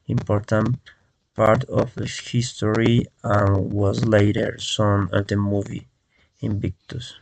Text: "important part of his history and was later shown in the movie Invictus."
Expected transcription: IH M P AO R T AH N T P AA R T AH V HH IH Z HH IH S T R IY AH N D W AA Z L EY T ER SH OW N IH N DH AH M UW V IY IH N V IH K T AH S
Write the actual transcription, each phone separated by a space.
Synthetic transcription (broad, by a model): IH M P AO R T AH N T P AA R T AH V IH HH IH S T R IY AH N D W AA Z L EY T ER S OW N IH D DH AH M UW V IY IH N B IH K T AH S